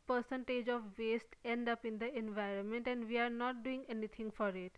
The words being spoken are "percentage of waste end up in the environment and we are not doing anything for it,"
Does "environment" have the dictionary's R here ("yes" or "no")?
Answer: yes